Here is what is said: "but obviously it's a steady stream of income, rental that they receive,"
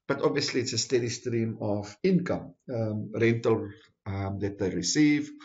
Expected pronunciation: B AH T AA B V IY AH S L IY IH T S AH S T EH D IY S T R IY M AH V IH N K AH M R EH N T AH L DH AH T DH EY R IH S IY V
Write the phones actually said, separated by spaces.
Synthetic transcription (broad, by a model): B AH T AA B V IY AH S L IY IH T S AH S T EH D IY S T R IY M AH V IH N K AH M R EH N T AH L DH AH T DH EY R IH S IY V